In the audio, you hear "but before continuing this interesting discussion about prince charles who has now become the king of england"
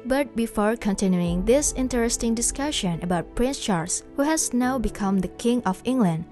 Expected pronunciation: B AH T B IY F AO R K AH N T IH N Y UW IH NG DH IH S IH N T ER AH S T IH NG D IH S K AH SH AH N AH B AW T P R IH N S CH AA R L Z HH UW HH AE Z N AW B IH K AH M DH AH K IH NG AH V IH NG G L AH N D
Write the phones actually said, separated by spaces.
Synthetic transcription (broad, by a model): B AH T B IY F AO R K AH N T IH N Y UW IH NG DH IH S IH N T ER AH S T IH NG D IH S K AH SH AH N AH B AW T P R IH N S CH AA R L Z HH UW HH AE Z N AW B IH K AH M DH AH K IH NG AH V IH NG G L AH N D